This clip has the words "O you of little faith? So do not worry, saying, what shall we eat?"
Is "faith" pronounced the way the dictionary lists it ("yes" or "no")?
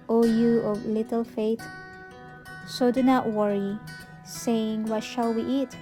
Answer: no